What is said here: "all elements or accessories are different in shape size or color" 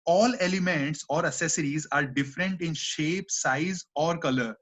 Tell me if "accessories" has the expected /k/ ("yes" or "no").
no